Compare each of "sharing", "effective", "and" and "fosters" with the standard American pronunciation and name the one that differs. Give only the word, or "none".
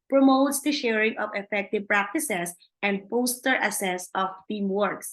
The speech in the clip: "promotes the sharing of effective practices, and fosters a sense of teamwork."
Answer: fosters